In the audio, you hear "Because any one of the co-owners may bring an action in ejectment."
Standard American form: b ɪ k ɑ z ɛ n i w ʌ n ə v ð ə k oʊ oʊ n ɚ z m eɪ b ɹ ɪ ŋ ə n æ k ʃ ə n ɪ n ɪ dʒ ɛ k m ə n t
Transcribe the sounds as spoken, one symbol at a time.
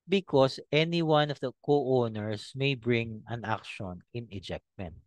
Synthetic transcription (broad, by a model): b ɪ k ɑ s ɛ n i w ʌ n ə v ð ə k oʊ oʊ n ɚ s m eɪ b ɹ ɪ ŋ ə n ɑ k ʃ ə n ɪ n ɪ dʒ ɛ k m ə n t